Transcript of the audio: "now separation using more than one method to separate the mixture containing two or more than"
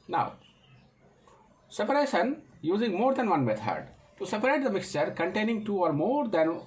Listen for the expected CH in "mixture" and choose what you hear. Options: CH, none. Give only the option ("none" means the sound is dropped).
CH